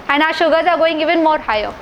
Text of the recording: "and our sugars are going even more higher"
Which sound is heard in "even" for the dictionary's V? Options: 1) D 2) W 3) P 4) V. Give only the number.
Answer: 4